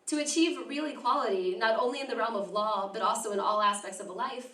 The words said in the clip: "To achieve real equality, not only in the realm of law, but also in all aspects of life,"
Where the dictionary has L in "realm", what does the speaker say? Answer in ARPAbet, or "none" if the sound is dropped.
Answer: L